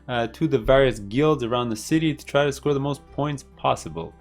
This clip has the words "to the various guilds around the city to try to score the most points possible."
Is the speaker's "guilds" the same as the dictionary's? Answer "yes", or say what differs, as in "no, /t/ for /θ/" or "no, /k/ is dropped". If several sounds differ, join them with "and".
yes